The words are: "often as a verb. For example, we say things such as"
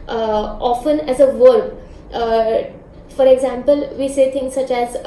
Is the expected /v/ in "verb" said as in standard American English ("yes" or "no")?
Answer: yes